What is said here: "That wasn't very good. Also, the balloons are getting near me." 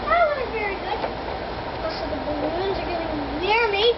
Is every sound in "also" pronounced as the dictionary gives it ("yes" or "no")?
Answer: no